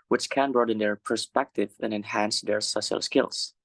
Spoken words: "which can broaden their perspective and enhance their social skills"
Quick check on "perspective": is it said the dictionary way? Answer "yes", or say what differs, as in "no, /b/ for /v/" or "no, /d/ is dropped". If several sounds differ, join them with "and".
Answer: yes